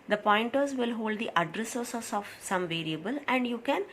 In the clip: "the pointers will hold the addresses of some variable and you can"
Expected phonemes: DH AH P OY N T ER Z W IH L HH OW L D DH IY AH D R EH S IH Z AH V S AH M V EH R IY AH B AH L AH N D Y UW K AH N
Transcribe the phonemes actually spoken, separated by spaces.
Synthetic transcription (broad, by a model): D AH P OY N T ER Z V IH L HH OW L D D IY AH D R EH S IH S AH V S AH M V EH R IY AH B AH L AH N D Y UW K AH N